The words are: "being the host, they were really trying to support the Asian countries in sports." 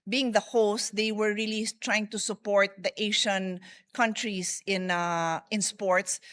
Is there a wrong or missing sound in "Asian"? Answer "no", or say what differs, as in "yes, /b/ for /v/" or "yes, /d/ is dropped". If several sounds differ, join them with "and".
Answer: yes, /ʃ/ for /ʒ/